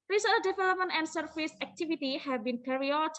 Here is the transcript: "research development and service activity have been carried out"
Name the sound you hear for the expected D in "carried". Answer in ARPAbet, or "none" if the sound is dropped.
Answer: none